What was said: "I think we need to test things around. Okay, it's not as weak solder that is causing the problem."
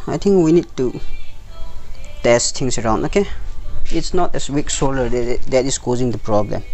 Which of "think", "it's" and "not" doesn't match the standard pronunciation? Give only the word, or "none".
think